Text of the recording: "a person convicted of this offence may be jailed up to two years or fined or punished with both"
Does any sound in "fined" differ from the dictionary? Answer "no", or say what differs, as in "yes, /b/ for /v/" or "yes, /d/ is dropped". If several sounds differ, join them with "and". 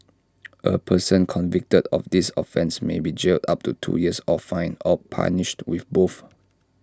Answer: yes, /d/ is dropped